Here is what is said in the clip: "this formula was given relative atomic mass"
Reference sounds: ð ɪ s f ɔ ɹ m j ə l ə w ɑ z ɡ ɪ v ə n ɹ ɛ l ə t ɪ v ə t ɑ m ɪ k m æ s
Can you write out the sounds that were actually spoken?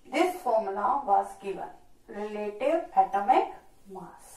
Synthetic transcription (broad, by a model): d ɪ s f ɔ m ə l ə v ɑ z ɡ ɪ v ə n ɹ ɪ l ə t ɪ p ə t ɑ m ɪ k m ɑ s